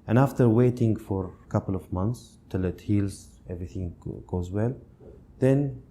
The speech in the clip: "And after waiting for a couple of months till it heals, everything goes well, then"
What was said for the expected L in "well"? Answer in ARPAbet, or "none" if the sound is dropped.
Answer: L